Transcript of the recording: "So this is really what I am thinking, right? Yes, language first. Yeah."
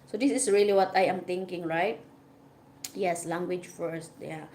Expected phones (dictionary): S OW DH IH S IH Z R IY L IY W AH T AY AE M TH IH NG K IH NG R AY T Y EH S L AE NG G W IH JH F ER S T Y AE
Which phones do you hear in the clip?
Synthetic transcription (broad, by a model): S OW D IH S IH S R IY L IY W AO T AY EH M T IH NG K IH NG R AY T Y EH S L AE NG G W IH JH F ER S T Y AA